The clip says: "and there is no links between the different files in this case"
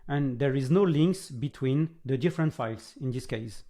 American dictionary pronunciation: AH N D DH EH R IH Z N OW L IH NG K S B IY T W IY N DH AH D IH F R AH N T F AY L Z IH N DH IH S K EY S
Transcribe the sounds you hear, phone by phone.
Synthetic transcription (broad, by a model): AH N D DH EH R IH Z N OW L IH NG K S B IY T W IY N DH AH D IH F R AH N T F AY L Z IH N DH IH S K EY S